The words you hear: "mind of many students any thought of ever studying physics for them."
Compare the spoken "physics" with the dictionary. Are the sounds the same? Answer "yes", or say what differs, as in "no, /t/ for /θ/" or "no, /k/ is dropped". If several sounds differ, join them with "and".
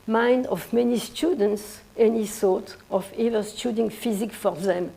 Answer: no, /s/ is dropped